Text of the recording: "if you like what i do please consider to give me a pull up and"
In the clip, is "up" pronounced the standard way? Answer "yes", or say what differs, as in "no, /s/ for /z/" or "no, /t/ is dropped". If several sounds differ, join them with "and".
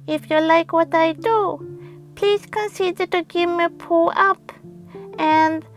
yes